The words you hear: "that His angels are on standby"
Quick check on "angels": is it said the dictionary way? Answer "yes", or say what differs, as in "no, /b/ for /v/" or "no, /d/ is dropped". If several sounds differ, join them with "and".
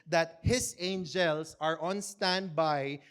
no, /s/ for /z/